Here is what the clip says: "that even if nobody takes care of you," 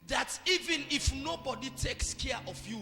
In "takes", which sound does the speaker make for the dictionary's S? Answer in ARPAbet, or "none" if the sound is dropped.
S